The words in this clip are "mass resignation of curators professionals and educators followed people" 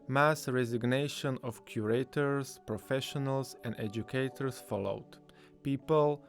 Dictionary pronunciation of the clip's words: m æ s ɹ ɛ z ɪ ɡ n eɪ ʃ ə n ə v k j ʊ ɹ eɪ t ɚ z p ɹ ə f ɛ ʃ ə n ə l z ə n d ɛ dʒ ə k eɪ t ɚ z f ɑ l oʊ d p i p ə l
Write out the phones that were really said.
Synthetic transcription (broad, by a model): m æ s ɹ ɛ z ɪ ɡ n eɪ ʃ ə n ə f k j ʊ ɹ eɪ t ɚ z p ɹ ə f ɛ ʃ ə n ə l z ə n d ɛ dʒ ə k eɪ t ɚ s f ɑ l oʊ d p i p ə l